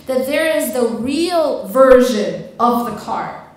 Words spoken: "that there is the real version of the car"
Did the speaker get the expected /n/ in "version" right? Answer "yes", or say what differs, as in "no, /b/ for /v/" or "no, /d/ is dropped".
yes